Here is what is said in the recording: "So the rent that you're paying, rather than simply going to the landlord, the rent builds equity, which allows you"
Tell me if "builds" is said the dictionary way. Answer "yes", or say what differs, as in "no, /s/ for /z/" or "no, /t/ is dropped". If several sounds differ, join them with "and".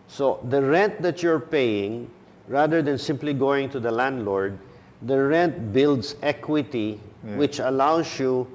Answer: no, /s/ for /z/